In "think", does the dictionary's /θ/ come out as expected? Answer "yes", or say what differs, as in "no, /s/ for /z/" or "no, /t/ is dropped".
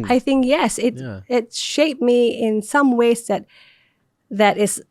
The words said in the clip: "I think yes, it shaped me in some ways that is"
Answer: yes